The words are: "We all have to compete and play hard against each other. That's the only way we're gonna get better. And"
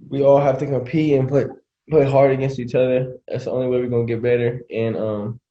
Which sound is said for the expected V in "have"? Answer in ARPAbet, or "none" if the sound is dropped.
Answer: F